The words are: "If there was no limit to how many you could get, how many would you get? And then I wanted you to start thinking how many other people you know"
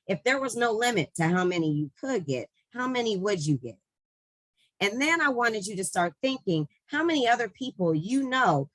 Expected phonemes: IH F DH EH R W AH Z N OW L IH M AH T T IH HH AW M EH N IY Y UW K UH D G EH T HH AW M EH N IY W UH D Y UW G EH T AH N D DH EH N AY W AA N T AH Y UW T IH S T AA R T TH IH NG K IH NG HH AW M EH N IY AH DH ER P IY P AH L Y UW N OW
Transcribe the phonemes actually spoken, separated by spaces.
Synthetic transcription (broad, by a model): IH F DH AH R W AH Z N OW L IH M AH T T IH HH AW M EH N IY Y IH K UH D G EH T HH AW M EH N IY W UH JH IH G EH T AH N DH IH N AY W AA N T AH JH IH T IH S T AA R T TH IH NG K IH NG HH AW M EH N IY AH DH ER P IY P L Y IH N OW